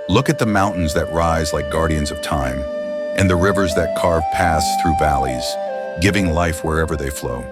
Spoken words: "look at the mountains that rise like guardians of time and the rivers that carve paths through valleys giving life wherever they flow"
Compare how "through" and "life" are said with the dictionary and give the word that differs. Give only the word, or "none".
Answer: none